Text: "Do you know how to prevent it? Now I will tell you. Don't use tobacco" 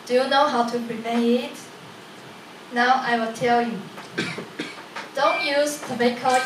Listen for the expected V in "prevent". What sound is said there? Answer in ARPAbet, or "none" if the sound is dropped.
P